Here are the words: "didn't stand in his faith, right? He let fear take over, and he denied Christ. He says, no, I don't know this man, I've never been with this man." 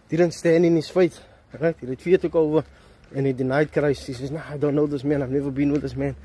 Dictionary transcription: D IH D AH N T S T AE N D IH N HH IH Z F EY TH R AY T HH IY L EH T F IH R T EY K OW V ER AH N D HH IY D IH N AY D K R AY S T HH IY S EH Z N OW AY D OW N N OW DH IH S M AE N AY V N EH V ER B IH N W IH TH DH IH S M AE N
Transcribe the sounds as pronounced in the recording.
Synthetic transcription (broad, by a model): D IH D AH N T S T AE N D IH N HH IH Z F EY T R AY T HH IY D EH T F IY T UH K OW V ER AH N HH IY D IH N AY D K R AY S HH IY S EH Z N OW AY D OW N N OW DH IH S M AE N AY V N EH V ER B IH N W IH DH IH S M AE N